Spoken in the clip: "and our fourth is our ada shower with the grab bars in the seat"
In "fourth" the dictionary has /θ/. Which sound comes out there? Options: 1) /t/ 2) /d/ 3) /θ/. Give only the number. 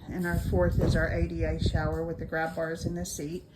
3